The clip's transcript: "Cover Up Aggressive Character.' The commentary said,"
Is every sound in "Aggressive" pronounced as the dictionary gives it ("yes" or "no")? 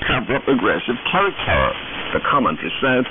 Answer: yes